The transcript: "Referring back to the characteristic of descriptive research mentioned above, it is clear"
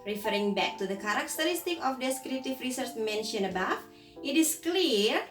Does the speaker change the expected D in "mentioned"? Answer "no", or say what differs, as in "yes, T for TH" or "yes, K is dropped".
yes, D is dropped